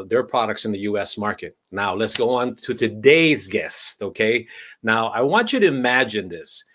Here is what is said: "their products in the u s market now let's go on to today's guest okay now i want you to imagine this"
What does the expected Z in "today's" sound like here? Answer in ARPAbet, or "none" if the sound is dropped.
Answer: Z